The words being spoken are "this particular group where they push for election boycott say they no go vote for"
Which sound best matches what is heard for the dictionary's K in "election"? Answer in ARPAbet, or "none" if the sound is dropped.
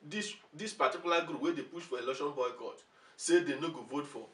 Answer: none